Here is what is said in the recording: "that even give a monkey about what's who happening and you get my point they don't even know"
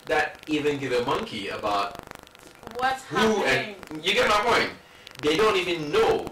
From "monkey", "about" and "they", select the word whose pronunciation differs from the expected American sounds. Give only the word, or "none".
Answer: none